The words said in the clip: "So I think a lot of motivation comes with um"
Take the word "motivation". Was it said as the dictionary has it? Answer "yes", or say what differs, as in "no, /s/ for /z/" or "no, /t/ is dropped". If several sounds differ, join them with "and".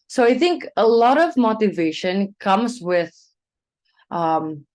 yes